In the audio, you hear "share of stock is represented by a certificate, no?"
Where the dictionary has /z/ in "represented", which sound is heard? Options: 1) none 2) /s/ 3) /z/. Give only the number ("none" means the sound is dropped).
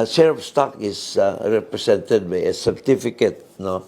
2